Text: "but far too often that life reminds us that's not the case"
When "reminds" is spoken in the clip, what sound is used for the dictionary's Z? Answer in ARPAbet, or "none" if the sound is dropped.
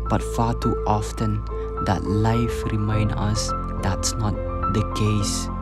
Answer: none